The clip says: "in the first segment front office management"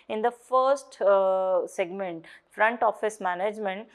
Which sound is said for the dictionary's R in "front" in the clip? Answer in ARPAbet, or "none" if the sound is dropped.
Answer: R